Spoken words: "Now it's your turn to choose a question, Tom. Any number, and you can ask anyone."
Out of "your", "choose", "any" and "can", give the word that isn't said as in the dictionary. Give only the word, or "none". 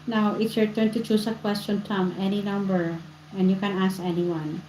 choose